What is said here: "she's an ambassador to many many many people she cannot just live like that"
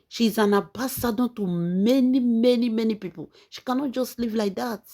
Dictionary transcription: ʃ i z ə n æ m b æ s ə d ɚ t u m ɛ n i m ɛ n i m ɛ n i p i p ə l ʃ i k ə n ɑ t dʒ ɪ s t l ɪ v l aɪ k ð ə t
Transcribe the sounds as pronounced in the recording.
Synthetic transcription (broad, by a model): ʃ i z ə n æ b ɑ s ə d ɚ t u m ɛ n i m ɛ n i m ɛ n i p i p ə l ʃ i k ə n ɑ t dʒ ɪ s t l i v l aɪ k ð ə t